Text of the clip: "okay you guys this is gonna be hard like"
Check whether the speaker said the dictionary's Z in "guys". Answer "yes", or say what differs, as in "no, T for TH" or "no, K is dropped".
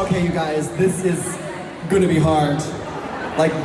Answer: yes